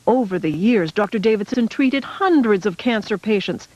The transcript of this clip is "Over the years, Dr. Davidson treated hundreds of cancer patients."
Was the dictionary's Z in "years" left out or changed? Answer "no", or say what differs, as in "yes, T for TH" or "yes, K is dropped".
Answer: no